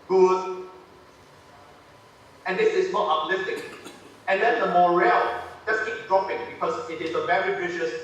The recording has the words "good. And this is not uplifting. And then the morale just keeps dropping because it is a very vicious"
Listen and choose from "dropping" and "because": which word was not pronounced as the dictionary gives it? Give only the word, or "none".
because